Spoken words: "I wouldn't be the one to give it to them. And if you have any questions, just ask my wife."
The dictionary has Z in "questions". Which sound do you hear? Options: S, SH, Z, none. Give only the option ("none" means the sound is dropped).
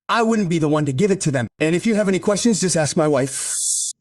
Z